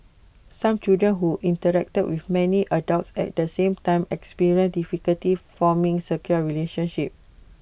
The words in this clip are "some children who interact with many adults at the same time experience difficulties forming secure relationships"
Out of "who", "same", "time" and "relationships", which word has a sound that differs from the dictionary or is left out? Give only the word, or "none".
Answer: relationships